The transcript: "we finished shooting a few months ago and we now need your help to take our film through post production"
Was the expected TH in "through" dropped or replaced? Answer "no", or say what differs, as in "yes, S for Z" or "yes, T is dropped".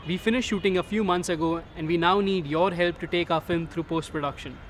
yes, T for TH